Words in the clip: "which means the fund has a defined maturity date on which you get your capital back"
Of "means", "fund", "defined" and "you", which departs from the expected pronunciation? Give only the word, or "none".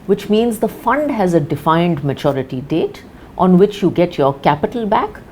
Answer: none